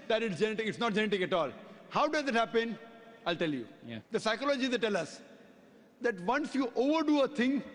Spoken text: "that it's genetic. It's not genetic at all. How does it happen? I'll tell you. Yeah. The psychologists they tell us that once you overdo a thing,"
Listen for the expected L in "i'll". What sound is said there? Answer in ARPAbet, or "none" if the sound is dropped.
L